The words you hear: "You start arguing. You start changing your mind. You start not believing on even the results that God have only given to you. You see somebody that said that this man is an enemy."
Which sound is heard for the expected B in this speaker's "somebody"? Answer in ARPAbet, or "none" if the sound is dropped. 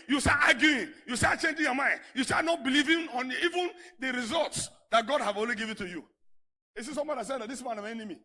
none